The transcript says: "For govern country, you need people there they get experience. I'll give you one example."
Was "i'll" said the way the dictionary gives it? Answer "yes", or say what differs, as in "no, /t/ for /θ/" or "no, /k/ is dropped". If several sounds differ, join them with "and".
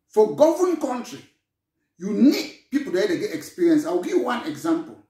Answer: no, /w/ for /l/